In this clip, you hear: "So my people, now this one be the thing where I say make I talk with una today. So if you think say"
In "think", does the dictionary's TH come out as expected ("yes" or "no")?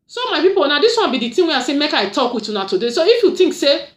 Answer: no